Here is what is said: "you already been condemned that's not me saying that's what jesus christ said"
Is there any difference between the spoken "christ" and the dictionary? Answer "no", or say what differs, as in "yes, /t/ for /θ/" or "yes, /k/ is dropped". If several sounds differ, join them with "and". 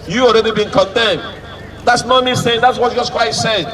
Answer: yes, /w/ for /ɹ/ and /s/ is dropped